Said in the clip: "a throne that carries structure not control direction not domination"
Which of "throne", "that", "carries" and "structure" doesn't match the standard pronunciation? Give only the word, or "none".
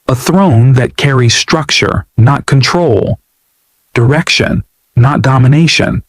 none